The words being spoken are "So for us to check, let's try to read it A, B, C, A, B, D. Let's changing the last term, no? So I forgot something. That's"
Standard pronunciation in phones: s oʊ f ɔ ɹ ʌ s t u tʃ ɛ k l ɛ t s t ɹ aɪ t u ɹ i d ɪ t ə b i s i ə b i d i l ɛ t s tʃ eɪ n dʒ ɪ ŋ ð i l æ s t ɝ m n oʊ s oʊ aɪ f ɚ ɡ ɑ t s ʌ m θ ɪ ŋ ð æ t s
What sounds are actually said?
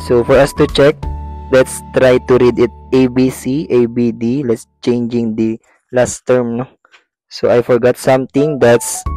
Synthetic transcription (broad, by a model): s oʊ f ɔ ɹ ʌ s t u tʃ ɛ k l ɛ t s t ɹ aɪ t u ɹ i d ɪ t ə b i s i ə b i d i l ɛ t s tʃ eɪ n dʒ ɪ ŋ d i l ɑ s t ɝ m n oʊ s oʊ aɪ f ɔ ɡ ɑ t s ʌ m t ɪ ŋ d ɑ t s